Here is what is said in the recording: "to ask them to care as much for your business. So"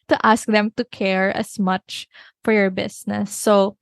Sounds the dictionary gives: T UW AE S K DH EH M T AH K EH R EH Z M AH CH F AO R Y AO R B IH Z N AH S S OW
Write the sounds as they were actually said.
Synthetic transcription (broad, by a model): T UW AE S K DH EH M T AH K EH R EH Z M AH CH F AO R Y AO R B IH S N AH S S OW